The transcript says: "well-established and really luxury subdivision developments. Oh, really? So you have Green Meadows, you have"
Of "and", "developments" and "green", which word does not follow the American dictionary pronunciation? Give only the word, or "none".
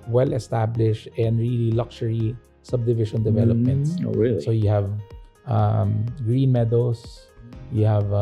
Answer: none